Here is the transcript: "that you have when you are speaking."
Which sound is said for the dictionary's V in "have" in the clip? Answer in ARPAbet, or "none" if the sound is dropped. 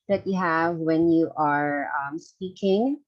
V